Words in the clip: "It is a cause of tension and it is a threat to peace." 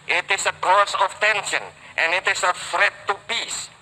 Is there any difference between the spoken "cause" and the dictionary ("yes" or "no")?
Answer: yes